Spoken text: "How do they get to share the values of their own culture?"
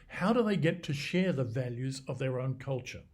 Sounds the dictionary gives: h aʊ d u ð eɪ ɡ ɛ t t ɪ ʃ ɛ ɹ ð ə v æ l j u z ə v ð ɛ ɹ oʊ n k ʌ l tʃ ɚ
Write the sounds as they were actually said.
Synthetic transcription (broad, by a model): h aʊ d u ð eɪ ɡ ɛ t t ɪ ʃ ɛ ɹ ð ə v æ l j u z ə v ð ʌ ɹ oʊ n k ʌ l tʃ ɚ